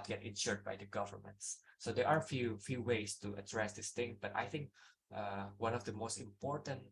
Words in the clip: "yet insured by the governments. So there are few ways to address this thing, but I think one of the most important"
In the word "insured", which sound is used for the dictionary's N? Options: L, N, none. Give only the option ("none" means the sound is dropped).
N